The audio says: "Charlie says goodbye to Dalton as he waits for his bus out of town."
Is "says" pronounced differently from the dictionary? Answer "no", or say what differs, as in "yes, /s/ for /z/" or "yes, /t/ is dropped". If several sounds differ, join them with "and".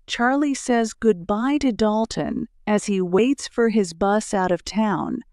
no